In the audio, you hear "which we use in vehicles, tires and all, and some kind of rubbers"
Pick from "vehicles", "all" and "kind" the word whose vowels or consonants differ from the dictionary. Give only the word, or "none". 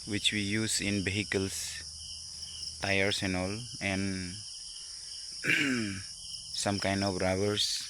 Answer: vehicles